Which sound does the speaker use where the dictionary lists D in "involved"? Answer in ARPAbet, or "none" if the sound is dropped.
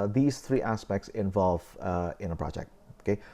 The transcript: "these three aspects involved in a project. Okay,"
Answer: none